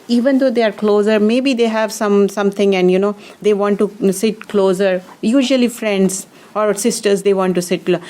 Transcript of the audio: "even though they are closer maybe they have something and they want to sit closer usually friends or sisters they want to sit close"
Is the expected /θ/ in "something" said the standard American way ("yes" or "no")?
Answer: no